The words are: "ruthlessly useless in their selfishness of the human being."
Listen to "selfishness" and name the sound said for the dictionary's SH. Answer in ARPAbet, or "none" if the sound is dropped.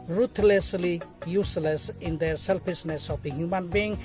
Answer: S